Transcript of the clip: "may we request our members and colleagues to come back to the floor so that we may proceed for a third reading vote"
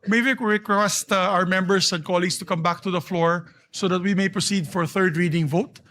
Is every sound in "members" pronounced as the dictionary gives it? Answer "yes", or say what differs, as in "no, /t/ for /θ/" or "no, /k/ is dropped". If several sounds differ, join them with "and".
no, /s/ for /z/